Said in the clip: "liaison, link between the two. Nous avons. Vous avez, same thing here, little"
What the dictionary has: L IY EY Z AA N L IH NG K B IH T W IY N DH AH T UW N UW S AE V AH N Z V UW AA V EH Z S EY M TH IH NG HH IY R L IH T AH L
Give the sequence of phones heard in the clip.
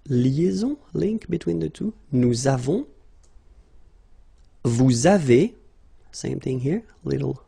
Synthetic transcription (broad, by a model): L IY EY Z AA L IH NG K B IH T W IY N DH AH T UW N UW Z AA V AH V UW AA V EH S EY M TH IH NG HH IY R L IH T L